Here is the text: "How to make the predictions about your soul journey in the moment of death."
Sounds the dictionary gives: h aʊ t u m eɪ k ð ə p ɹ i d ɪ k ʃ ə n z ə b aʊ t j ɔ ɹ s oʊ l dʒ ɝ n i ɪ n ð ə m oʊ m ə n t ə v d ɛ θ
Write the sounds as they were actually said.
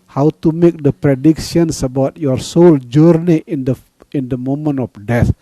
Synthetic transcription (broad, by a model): h aʊ t u m eɪ k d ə p ɹ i d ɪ k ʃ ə n s ə b aʊ t j ɔ ɹ s oʊ l dʒ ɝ n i ɪ n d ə m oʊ m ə n ə f d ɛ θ